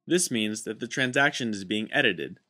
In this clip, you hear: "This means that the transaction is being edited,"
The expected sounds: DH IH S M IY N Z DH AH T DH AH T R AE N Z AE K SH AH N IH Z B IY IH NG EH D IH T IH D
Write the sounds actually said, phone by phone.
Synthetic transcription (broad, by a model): DH IH S M IY N Z DH AH T DH AH T R AE N Z AE K SH AH N IH Z B IY IH NG EH D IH T IH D